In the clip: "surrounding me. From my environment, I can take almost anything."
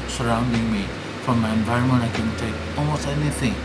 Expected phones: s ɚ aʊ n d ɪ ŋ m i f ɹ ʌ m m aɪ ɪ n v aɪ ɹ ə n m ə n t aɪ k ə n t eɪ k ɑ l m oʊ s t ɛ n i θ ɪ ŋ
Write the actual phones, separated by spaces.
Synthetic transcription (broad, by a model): s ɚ aʊ n d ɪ ŋ m i f ɹ ʌ m m aɪ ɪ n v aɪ ɹ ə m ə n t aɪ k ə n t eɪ ɑ l m oʊ s t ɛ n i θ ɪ ŋ